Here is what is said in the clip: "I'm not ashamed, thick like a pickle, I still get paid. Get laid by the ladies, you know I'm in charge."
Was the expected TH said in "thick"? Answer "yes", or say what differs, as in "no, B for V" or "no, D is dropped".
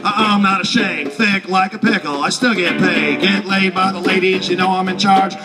yes